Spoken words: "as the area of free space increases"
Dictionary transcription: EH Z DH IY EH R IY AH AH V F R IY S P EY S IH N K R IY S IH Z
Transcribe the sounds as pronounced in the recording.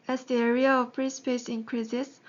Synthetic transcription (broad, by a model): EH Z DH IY EH R IY AH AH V P R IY S P EY S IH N K R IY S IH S